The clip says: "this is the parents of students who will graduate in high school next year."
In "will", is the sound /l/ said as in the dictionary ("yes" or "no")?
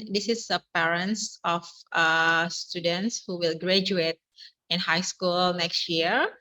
yes